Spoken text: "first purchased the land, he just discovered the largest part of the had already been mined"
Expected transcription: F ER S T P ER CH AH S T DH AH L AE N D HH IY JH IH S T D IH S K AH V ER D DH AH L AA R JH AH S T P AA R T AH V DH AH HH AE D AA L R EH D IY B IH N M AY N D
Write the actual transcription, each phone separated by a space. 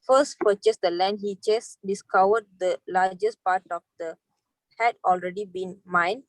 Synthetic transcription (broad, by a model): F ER S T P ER CH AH S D AH L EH N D HH IY CH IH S D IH S K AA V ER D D AH L AA JH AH S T P AA T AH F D AH HH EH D AA L R EH D IY B IH N M AY N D